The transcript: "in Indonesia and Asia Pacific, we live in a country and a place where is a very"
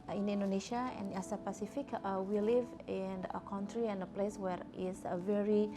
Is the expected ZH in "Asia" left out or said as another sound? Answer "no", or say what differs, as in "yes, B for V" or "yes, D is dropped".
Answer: yes, S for ZH